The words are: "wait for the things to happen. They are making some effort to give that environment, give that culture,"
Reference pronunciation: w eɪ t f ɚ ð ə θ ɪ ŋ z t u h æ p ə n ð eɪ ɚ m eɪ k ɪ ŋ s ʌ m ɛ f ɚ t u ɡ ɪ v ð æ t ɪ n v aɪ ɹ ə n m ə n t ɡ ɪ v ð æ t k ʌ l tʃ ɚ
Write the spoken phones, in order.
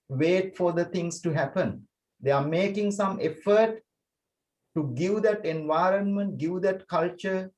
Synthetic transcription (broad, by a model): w eɪ t f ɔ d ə t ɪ ŋ s t u h æ p ə n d eɪ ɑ m eɪ k ɪ ŋ s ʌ m ɛ f ɚ t u ɡ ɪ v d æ t ɪ n v aɪ ɹ ə n m ə n t ɡ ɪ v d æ t k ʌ l tʃ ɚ